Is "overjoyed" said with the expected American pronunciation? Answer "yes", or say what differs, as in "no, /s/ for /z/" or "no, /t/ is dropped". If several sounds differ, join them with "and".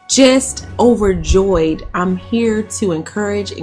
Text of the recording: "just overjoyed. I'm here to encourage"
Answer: yes